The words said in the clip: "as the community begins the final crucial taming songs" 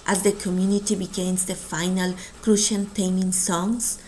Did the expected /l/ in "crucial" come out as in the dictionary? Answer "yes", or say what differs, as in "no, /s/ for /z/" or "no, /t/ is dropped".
no, /n/ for /l/